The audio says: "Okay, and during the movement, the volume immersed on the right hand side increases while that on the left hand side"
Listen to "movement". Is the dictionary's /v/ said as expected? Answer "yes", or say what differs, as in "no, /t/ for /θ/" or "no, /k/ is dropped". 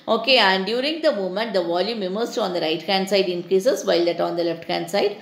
no, /v/ is dropped